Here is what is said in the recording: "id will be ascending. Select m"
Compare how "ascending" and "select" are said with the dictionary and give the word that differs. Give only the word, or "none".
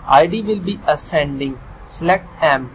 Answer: select